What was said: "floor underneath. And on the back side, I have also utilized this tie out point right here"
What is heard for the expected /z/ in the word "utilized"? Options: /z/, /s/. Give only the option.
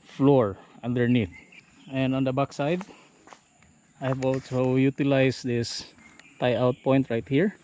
/s/